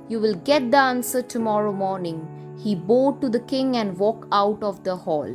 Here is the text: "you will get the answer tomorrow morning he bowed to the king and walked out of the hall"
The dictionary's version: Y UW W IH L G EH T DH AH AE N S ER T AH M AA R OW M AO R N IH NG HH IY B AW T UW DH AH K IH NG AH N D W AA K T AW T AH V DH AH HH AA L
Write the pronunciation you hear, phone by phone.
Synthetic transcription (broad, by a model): Y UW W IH L G EH T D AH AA N S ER T AH M AA R OW M AO R N IH NG HH IY B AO T UW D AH K IH NG AH N D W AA K AW T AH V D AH HH AA L